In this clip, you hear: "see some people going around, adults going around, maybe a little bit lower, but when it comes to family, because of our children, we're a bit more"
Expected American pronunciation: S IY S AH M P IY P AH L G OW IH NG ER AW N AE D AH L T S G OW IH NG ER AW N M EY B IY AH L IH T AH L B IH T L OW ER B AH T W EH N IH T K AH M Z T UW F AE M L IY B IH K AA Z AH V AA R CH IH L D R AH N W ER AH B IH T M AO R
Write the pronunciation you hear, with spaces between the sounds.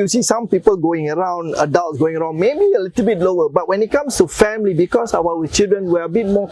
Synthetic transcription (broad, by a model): S IY S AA M P IY P AH L G OW IH NG ER AW N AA D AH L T S G OW IH NG ER AW N M EY B IY AH L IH T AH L B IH T L OW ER B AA T W EH N IH T K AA M S T UW F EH M L IY B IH K AA S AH W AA W CH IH L D R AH N W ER AH B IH T M AO